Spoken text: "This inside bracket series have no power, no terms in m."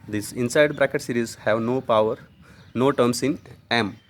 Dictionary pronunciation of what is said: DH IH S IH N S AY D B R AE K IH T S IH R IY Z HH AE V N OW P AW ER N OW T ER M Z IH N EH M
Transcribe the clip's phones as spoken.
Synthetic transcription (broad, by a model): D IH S IH N S AY D B R AE K IH T S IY R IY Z HH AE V N OW P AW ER N OW T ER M S IH N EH M